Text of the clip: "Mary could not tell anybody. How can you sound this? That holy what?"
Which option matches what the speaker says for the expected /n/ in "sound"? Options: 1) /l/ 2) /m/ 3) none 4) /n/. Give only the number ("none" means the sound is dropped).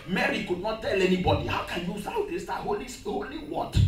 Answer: 3